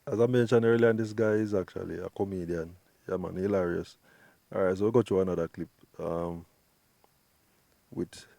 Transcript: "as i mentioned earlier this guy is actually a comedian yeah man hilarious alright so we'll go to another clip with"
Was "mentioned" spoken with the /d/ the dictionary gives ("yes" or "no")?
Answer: no